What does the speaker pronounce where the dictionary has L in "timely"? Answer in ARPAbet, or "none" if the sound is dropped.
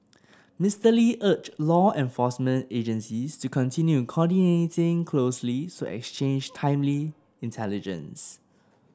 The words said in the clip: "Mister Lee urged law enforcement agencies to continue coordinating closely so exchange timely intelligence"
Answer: L